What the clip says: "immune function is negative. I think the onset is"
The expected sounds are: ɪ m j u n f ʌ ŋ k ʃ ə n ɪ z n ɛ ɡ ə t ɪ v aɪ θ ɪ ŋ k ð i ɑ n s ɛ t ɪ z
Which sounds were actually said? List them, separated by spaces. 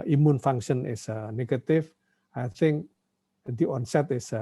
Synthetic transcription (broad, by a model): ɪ m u n f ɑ ŋ k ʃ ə n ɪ s n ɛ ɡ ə t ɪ f aɪ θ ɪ ŋ k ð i ɑ n s ɛ t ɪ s